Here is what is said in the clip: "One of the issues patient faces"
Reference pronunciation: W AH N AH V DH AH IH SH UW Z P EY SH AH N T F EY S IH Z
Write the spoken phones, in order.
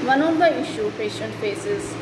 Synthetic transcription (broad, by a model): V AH N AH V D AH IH SH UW P EY SH AH N T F EY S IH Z